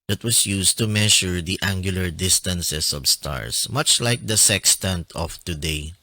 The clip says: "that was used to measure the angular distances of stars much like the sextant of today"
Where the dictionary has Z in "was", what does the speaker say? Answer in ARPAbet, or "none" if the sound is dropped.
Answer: S